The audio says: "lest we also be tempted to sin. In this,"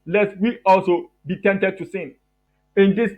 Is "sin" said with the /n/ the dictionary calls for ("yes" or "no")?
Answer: yes